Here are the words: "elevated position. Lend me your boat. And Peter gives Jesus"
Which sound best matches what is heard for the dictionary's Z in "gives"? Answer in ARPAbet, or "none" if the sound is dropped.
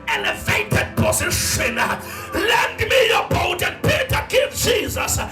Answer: none